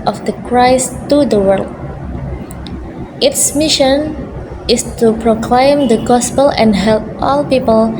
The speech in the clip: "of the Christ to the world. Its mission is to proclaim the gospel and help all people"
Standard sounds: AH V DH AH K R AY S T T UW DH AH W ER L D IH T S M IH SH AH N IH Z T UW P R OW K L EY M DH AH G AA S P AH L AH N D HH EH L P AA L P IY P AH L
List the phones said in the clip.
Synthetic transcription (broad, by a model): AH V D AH K R AY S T T UW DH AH W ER L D IH T S M IH SH AH N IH S T UW P R OW K L EY M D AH G AA S P AH L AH N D HH EH L P AA L P IY P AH L